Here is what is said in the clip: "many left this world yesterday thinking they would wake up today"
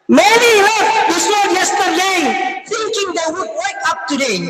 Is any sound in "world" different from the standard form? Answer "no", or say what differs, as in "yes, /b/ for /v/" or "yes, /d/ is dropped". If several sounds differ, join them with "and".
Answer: yes, /l/ is dropped